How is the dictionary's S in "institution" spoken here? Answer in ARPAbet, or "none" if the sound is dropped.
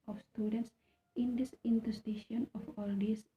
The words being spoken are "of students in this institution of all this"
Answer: none